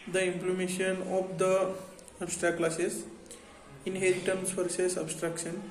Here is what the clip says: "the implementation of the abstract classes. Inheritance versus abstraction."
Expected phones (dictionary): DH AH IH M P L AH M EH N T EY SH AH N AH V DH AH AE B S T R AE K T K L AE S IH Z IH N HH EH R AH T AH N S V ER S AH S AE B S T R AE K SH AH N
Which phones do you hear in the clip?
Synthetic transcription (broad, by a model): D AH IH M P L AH M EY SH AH N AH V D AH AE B S T R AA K K L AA S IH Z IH N HH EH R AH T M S F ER S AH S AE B S T R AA K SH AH N